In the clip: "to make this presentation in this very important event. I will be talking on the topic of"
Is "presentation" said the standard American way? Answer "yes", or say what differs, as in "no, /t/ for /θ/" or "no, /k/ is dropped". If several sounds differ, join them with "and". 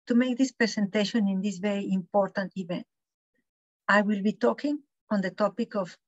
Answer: no, /s/ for /z/